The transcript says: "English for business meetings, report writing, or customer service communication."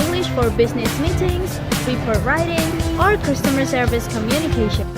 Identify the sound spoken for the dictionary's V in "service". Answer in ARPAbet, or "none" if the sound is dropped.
V